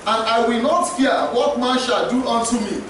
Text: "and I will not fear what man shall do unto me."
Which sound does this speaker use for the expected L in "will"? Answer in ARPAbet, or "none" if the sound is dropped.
L